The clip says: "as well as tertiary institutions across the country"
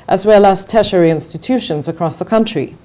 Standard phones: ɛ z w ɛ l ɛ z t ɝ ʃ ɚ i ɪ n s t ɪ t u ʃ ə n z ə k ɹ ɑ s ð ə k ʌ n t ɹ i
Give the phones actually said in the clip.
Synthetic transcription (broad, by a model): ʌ z w ɛ l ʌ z t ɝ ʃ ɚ i ɪ n s t ɪ t u ʃ ə n z ə k ɹ ɑ s ð ə k ʌ n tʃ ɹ i